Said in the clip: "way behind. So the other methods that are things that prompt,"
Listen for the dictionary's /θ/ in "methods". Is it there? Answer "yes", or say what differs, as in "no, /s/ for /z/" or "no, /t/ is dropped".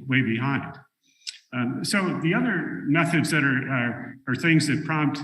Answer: yes